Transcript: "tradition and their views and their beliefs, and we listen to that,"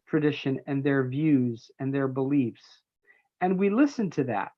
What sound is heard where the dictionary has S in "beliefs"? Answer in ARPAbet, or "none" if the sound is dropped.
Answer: S